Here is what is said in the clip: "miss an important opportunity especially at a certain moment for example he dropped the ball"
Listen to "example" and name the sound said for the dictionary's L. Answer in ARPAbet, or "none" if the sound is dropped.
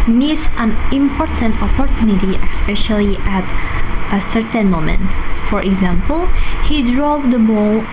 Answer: L